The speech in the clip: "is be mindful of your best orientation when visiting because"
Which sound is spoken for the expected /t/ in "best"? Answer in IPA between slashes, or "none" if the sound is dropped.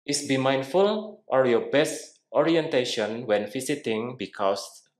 /t/